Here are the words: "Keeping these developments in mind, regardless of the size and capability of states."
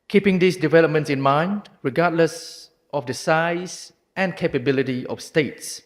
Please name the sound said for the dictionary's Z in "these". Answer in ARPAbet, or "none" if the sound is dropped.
S